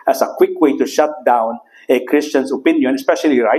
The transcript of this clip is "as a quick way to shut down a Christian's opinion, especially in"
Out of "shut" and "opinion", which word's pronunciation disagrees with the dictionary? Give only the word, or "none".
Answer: none